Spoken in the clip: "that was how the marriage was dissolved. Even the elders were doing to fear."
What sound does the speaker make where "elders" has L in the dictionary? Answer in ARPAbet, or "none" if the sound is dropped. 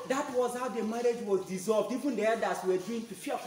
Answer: none